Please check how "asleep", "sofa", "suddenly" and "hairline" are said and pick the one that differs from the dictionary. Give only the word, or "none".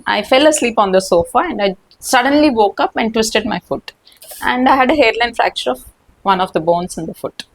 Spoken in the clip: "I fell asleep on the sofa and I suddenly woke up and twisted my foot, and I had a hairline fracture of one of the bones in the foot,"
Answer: none